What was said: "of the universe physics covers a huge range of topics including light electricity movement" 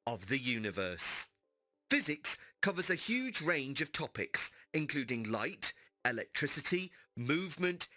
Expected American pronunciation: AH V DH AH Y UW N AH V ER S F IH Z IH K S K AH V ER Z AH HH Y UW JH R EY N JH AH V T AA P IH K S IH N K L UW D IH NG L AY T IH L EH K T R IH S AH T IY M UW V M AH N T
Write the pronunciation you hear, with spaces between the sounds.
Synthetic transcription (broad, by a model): AH V DH AH Y UW N AH V ER S F IH Z IH K S K AH V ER Z AH HH Y UW JH R EY N JH AH V T AA P IH K S IH N K L UW D IH NG L AY T IH L EH K T R IH S AH T IY M UW V M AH N T